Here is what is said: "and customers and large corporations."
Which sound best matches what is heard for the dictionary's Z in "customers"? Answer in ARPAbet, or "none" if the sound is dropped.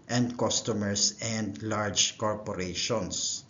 S